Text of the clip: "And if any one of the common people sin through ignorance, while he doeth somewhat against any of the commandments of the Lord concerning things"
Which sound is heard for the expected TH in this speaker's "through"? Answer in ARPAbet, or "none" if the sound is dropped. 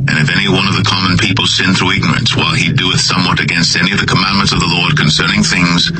TH